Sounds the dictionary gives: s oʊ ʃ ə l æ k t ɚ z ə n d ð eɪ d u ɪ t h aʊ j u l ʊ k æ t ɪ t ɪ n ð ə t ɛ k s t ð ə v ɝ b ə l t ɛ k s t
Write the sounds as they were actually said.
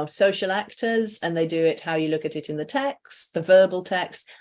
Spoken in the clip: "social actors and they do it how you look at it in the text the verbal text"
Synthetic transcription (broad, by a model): s oʊ ʃ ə l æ k t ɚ z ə n ð eɪ d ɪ ɪ t h aʊ j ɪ l ʊ k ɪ t ɪ t ɪ n ð ə t ɛ k s t ð ə v ɝ b ə l t ɛ k s t